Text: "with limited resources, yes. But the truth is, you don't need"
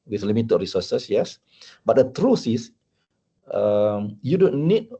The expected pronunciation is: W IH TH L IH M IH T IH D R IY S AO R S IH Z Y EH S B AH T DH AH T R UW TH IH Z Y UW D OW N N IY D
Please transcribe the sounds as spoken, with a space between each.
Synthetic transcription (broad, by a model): W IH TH L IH M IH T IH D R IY S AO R S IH S Y EH S B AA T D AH T R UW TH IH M Y UW D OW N N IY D